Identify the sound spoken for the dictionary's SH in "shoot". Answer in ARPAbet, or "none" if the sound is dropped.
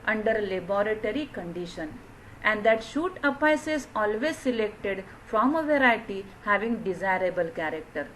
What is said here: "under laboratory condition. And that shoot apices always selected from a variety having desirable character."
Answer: SH